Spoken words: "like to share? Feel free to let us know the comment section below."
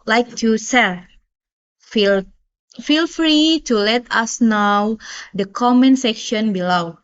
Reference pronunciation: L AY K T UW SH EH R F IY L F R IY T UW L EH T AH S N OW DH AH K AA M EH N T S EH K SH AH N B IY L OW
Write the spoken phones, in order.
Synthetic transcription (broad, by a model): L AY K T UW S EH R F IY L F R IY T UW L EH T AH S N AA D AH K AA M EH N S EH K SH AH N B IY L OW